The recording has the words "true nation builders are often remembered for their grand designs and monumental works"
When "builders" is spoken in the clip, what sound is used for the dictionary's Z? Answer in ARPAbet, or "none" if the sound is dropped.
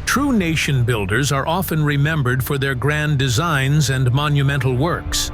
Z